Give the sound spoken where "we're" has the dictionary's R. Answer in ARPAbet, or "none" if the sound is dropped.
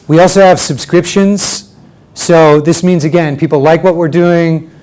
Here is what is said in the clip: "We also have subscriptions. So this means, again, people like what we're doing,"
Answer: R